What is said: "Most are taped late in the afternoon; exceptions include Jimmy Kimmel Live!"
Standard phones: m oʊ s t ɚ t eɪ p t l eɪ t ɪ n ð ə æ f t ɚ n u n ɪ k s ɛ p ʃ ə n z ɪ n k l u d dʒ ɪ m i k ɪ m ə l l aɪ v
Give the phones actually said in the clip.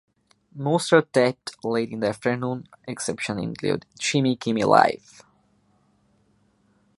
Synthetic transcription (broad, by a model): m oʊ s t ɚ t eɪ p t l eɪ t ɪ n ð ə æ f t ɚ n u n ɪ k s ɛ p ʃ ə n ɪ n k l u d tʃ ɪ m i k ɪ m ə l l aɪ f